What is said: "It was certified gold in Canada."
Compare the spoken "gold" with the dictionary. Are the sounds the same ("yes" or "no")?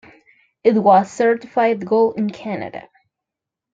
no